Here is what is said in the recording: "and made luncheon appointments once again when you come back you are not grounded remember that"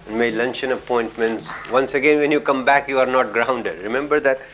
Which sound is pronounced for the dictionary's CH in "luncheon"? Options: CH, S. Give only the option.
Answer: CH